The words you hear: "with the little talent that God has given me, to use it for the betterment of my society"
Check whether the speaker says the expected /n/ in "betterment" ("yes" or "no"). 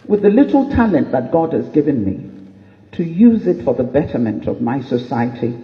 yes